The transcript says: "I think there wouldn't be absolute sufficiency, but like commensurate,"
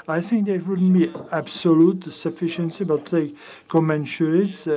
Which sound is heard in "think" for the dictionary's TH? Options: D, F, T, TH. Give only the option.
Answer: TH